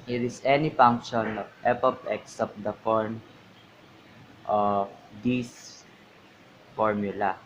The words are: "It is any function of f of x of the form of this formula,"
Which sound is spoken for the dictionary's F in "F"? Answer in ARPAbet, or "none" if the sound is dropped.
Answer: P